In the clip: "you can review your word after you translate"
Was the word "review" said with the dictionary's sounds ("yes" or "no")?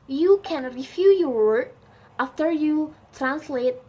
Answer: no